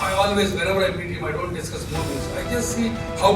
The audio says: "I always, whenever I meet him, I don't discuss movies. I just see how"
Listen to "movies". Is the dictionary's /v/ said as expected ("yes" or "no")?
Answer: no